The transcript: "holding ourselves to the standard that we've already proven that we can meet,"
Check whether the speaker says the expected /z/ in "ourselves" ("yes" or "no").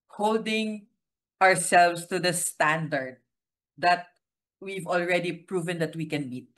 no